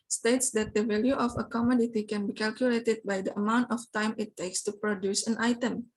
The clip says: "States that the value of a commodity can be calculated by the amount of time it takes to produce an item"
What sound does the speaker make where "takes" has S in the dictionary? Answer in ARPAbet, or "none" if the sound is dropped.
S